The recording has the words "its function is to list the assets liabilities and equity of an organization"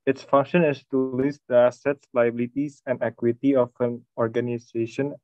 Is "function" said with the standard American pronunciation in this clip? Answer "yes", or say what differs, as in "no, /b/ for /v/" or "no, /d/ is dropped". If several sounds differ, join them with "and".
yes